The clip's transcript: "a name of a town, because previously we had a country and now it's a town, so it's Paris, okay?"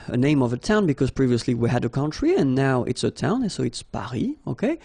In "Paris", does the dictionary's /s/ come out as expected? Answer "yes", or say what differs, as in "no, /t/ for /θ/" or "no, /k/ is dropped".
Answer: no, /s/ is dropped